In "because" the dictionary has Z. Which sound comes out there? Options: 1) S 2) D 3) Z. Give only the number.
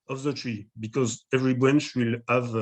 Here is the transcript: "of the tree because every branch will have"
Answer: 3